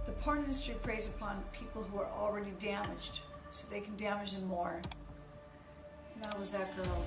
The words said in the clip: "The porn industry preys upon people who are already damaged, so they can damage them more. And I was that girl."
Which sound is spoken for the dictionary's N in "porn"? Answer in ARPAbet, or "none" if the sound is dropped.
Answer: none